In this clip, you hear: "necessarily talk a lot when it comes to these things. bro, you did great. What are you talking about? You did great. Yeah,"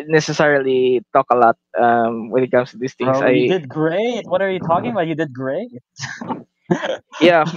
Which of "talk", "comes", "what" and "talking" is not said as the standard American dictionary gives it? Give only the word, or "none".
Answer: comes